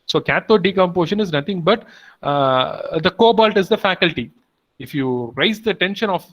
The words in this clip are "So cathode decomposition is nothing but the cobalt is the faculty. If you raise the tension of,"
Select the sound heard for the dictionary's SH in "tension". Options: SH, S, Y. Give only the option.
SH